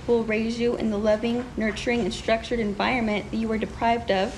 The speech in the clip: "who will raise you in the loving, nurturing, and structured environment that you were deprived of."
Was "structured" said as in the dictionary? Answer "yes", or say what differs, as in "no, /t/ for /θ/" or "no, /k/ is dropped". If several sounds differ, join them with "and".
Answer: yes